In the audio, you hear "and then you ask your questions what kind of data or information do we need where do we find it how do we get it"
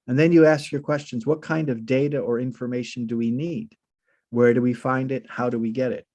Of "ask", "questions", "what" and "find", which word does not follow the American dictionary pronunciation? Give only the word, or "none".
none